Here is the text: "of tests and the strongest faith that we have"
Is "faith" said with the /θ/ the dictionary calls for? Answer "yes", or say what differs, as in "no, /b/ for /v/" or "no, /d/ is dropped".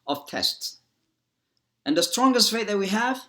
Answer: no, /t/ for /θ/